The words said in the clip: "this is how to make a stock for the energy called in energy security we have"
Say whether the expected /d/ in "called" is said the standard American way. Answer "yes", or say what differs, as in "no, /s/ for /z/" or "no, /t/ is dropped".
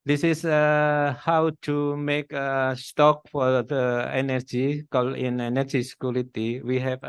no, /d/ is dropped